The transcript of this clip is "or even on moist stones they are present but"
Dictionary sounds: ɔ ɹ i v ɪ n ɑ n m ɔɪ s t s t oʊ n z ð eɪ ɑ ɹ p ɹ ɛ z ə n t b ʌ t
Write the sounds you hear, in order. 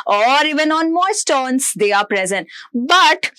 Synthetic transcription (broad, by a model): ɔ ɹ i v ɪ n ɑ n m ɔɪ t s t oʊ n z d eɪ ɑ ɹ p ɹ ɛ z ə n t b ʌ t